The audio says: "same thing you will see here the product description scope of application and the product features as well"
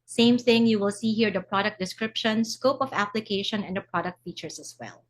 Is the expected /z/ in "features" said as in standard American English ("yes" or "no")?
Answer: no